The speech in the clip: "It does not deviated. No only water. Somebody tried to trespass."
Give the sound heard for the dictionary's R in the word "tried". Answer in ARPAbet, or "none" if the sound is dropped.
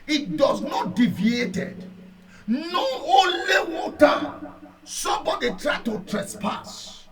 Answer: R